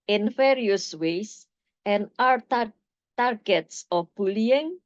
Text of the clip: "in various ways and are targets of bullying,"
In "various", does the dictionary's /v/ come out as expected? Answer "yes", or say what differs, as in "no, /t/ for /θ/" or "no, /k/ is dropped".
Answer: no, /f/ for /v/